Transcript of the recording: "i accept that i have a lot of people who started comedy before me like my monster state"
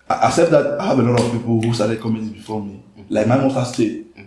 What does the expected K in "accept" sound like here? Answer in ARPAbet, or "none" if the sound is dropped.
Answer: none